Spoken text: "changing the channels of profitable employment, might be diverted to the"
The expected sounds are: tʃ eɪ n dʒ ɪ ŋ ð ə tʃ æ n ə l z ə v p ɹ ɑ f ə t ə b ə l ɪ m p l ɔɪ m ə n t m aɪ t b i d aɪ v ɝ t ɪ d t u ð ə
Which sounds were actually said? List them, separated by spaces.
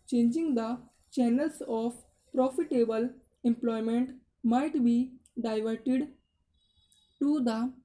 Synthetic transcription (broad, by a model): tʃ eɪ n dʒ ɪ ŋ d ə tʃ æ n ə l s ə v p ɹ ɑ f ə t ə b ə l ɪ m p l ɔɪ m ə n t m aɪ t b i d aɪ v ɝ t ɪ d t u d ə